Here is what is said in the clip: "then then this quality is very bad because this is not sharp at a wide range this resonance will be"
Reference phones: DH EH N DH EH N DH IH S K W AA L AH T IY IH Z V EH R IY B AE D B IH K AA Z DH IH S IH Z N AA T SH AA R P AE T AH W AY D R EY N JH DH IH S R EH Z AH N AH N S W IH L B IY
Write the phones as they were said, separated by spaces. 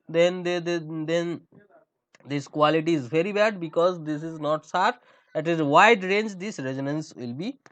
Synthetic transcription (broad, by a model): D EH N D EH N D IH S K W AA L AH T IY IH Z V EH R IY B AE D B IH K AA Z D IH S IH Z N AA T S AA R AE T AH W AY D R EY N JH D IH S R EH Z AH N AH N S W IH L B IY